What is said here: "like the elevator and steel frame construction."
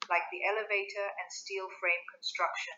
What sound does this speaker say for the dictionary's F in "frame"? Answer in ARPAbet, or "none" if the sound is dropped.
F